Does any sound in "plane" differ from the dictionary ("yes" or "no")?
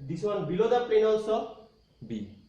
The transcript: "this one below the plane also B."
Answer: yes